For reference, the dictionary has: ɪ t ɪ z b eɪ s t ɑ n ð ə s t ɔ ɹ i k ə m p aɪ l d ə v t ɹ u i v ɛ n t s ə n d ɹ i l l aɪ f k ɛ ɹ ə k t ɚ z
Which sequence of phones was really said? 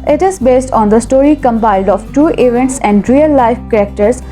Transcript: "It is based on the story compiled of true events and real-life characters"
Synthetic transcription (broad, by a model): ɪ t ɪ z b eɪ s t ɑ n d ə s t ɔ ɹ i k ə m p aɪ l d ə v t u i v ɛ n t s ə n d ɹ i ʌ l aɪ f k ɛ ɹ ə k t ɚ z